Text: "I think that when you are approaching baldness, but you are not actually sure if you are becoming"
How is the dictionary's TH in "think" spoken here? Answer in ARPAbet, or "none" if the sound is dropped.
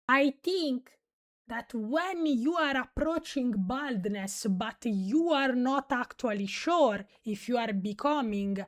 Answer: T